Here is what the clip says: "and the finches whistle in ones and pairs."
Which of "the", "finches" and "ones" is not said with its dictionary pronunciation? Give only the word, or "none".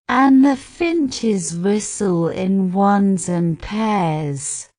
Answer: none